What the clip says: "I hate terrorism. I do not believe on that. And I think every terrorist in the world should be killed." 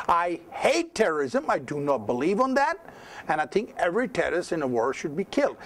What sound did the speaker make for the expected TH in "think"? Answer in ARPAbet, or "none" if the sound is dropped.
TH